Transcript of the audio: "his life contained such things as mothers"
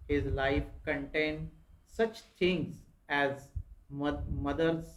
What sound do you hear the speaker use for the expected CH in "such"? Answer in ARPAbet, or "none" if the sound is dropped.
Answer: CH